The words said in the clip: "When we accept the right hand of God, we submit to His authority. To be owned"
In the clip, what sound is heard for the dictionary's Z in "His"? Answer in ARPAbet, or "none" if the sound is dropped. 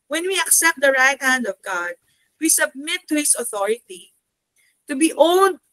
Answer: S